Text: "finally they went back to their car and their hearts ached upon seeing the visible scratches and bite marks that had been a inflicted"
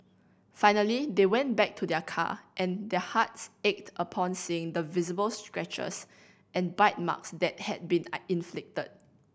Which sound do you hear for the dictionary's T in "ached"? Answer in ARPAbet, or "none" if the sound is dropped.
T